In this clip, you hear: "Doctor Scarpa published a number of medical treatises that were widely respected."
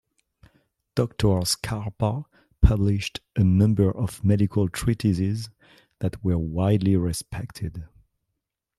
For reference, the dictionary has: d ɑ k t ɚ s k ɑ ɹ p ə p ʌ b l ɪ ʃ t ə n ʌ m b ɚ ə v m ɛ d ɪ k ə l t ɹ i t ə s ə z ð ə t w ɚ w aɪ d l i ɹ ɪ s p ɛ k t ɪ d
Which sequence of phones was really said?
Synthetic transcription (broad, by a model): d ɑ k t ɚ s k ɑ ɹ p ə p ʌ b l ɪ ʃ t ə n ʌ m b ɚ ə v m ɛ d ɪ k ə l t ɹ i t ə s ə z ð ə t w ɚ w aɪ d l i ɹ ɪ s p ɛ k t ɪ d